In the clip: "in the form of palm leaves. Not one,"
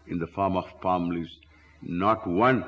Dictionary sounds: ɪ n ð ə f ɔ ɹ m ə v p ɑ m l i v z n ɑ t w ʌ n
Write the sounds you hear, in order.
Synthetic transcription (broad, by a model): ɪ n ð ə f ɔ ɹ m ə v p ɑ m l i z n ɑ t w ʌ n